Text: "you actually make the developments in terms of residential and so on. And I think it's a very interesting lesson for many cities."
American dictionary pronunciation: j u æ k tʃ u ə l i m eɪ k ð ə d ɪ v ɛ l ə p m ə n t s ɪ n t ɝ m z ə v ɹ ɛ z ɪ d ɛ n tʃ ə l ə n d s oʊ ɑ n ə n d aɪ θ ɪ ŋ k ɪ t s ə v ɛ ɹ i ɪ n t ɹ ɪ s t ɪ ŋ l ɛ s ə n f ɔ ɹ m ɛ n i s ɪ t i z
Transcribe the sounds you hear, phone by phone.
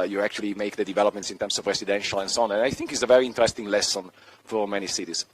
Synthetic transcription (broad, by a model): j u æ k tʃ u ə l i m eɪ k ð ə d ɪ v ɛ l ə p m ə n t s ɪ n t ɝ m s ə v ɹ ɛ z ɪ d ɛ n ʃ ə l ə n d s oʊ ɑ n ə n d aɪ θ ɪ ŋ k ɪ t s ə v ɛ ɹ i ɪ n t ɹ ɪ s t ɪ ŋ l ɛ s ə n f ɔ ɹ m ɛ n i s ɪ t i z